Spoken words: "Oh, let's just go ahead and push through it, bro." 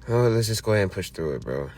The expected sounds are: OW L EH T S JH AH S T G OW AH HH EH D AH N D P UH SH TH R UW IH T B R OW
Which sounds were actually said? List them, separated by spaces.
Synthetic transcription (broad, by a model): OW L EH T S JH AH S G OW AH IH AH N P UH SH TH R UW IH T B R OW